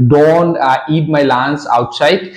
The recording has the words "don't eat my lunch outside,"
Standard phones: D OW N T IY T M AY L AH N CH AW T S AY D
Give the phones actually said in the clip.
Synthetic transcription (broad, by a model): D OW N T IY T M AY L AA N S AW T S AY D